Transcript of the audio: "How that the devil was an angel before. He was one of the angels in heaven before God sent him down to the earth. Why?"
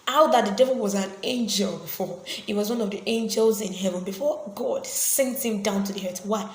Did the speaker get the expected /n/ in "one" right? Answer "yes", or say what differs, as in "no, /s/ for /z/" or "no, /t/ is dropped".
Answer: yes